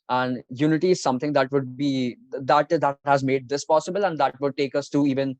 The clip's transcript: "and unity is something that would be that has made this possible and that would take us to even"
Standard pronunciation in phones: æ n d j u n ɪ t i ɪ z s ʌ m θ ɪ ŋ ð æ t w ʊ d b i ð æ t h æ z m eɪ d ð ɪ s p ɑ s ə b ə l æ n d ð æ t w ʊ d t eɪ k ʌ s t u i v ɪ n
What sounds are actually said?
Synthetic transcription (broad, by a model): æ n d j u n ɪ t i ɪ z s ʌ m t ɪ ŋ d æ t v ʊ d b i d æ t h æ z m eɪ d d ɪ s p ɑ s ə b ə l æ n d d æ t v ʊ d t eɪ k ʌ s t u i v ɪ n